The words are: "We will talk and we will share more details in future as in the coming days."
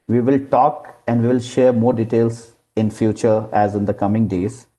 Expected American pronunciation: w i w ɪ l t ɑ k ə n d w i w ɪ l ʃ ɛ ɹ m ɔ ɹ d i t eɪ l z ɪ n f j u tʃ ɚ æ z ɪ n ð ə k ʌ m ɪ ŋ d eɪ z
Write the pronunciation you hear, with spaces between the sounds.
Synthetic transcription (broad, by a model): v i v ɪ l t ɑ k ə n d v i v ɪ l ʃ ɛ ɹ m ɔ ɹ d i t eɪ l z ɪ n f j u tʃ ɚ æ z ɪ n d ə k ʌ m ɪ ŋ d eɪ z